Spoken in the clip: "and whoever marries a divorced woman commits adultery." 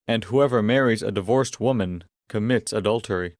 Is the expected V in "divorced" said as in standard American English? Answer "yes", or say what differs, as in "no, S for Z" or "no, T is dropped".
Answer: yes